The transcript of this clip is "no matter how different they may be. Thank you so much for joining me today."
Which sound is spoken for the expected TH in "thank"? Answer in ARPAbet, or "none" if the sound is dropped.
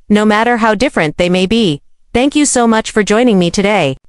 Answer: TH